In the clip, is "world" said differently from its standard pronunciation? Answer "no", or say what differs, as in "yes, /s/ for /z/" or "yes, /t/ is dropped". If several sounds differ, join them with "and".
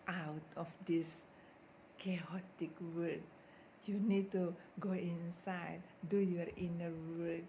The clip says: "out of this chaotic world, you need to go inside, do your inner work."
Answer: yes, /l/ is dropped